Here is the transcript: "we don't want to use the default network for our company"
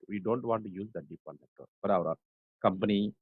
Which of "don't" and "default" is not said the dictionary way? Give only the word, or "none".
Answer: default